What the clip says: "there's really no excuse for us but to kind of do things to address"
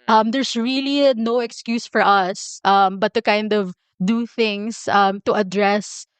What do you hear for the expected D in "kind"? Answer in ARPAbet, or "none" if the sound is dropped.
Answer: D